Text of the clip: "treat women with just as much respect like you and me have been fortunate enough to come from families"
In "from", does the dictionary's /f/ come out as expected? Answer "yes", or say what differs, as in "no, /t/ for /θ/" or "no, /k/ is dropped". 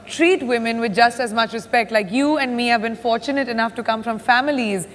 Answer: yes